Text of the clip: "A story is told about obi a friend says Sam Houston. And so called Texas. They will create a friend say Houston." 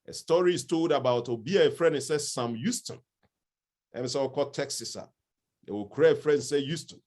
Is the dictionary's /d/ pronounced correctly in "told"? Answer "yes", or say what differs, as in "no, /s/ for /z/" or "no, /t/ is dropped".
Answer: yes